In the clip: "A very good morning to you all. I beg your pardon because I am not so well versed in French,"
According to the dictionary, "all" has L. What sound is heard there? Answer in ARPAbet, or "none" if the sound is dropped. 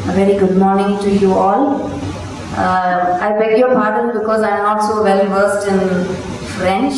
L